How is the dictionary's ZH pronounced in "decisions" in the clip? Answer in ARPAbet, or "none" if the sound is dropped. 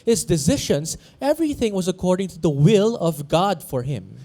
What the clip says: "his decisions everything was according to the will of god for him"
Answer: SH